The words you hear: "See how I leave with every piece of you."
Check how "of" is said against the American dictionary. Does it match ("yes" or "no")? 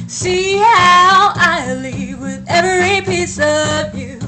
yes